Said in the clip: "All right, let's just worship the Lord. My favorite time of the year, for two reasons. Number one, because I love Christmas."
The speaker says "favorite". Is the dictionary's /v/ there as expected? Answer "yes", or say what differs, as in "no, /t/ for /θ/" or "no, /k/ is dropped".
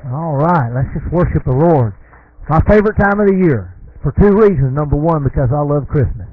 yes